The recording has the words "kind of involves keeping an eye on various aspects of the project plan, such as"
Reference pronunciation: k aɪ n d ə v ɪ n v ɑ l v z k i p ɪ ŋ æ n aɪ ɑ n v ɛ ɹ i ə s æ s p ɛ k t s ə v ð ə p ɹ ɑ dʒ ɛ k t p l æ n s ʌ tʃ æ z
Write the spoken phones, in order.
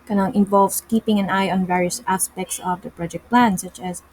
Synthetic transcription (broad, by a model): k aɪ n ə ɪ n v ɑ l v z k i p ɪ ŋ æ n aɪ ɑ n v ɛ ɹ i ə s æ s p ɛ k t s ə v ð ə p ɹ ɑ dʒ ɛ k t p l æ n s ʌ tʃ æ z